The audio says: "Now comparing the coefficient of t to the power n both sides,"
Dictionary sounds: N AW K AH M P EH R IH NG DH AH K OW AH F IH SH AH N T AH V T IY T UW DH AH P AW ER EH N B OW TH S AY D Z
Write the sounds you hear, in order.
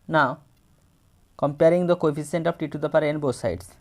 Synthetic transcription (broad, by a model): N AW K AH M P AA R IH NG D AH K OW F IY S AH N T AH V T IY T UW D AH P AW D EH N B OW T S AY D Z